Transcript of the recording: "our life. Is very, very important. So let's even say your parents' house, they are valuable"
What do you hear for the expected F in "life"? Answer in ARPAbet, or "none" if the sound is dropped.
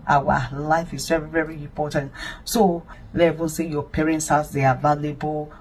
F